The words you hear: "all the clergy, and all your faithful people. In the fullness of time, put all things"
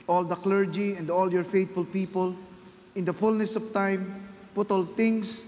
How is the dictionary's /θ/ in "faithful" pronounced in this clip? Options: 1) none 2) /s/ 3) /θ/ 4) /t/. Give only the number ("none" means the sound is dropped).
4